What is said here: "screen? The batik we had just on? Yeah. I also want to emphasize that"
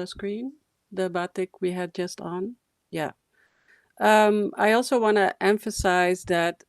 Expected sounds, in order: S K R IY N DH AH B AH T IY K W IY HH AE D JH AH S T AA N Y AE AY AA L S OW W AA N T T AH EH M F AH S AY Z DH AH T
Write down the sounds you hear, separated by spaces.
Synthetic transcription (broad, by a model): S K R IY N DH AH B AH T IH K W IY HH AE D JH AH S T N Y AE AY AA L S OW W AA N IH T EH M F AH S AY Z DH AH T